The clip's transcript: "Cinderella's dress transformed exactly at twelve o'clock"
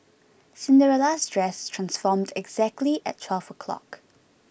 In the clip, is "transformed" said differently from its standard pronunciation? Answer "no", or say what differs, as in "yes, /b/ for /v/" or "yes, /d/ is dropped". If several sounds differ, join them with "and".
no